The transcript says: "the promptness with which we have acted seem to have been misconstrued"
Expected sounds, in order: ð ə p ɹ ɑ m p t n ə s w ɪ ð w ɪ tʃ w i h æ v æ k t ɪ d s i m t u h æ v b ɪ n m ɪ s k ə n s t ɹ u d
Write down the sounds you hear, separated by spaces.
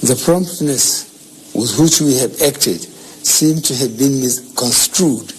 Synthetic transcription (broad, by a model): ð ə p ɹ ɑ m p t n ə s w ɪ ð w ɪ tʃ w i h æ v æ k t ɪ d s i m t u h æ v b ɪ n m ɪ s k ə n s t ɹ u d